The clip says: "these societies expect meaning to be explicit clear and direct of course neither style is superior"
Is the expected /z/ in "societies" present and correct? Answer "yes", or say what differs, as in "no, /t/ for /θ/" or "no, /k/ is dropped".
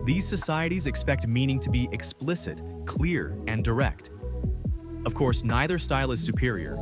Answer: yes